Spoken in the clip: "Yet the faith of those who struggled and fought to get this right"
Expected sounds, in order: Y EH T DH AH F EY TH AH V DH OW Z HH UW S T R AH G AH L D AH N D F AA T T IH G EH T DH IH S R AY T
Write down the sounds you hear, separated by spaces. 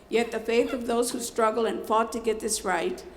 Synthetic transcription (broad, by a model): Y EH T DH AH F EY TH AH V DH OW Z HH UW S T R AH G L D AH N F AA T T IH G EH T DH IH S R AY T